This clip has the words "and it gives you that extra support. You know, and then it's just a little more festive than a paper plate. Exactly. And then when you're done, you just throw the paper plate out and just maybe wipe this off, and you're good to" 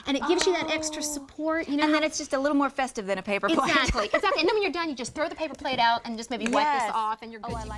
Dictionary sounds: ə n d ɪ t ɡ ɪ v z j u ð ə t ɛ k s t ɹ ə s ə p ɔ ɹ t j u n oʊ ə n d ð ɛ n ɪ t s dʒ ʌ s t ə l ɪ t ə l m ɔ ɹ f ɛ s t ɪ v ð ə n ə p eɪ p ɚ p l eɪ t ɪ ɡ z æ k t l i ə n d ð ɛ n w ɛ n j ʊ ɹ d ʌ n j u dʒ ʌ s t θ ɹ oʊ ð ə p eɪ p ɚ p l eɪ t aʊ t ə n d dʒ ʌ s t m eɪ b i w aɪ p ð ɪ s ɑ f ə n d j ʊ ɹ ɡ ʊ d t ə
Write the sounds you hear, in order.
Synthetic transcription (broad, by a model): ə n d ɪ t ɡ ɪ v z j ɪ ð ə t ɛ k s t ɹ ə s ə p ɔ ɹ t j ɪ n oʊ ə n ð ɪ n ɪ t s dʒ ʌ s t ə l ɪ t l m ɔ ɹ f ɛ s t ɪ v ð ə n ə p eɪ p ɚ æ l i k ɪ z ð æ t n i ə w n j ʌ ɹ d ʌ n j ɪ dʒ ʌ s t θ ɹ oʊ ð ə p eɪ p ɚ p l eɪ t aʊ t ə n dʒ ʌ s m eɪ b i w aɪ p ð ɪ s ɑ f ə n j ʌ ɹ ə